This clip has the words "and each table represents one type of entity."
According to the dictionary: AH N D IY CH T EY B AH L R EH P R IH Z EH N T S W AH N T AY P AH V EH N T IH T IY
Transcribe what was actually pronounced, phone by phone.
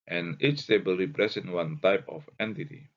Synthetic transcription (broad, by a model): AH N IY CH T EY B AH L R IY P R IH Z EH N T W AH N T AY P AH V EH N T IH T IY